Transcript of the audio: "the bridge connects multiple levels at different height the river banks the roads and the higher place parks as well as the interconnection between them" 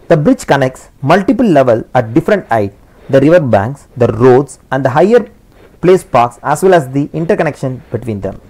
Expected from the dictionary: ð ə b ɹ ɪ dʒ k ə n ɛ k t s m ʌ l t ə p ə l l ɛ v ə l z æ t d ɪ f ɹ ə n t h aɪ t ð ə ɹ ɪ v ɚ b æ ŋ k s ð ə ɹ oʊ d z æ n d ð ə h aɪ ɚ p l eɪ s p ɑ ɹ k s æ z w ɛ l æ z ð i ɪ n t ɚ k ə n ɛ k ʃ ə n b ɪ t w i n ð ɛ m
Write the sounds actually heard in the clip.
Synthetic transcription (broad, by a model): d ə b ɹ ɪ dʒ k ə n ɛ k t s m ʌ l t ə p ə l l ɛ v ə l æ t d ɪ f ɹ ə n t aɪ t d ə ɹ ɪ v ɚ b æ ŋ k s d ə ɹ oʊ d s æ n d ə h aɪ ɚ p l eɪ s p ɑ ɹ k s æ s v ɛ l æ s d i ɪ n t ɚ k ə n ɛ k ʃ ə n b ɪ t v i n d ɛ m